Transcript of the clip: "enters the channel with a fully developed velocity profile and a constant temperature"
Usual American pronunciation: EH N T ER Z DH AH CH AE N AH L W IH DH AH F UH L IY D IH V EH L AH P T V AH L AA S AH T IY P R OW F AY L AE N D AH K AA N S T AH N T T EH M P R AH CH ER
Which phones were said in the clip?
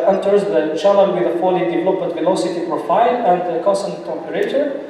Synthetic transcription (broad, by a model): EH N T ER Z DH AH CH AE L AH N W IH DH AH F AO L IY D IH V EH L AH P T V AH L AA S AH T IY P R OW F AY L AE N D AH K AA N S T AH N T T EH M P R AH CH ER